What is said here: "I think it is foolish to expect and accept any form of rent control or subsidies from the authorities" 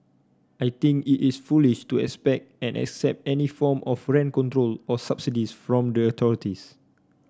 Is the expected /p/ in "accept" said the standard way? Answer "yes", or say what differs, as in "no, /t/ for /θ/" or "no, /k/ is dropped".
yes